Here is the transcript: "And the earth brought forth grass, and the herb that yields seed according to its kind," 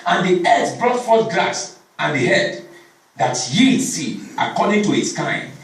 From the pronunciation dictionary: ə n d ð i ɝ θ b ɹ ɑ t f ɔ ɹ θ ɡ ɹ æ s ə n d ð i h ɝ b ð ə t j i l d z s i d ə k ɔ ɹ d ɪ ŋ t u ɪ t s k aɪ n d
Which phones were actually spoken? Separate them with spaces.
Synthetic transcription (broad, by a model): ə n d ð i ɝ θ b ɹ ɑ t f ɔ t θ ɡ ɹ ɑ s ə n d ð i h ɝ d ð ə t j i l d s i ə k ɔ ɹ d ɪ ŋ t u ɪ t s k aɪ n